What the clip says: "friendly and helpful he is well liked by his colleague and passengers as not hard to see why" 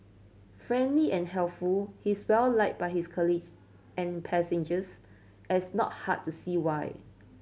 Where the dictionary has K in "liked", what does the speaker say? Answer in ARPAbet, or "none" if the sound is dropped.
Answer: none